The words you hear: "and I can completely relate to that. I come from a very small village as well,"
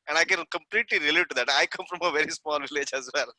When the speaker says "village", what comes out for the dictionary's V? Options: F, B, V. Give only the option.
V